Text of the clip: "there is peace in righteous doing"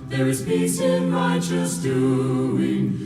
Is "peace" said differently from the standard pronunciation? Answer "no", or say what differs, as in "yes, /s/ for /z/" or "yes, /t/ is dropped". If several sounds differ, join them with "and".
yes, /b/ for /p/